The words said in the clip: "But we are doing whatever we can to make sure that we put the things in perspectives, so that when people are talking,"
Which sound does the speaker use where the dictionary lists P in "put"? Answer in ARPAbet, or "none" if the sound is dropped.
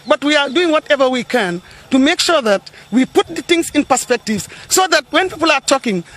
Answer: P